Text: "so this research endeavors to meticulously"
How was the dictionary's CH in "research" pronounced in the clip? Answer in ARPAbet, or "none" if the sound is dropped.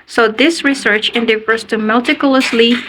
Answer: CH